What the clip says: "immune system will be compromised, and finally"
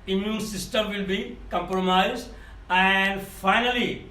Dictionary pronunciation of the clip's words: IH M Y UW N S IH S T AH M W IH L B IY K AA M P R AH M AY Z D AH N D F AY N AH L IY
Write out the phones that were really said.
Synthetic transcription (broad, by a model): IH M Y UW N S IH S T AH M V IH L B IY K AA M P R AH M AY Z AH N D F AY N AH L IY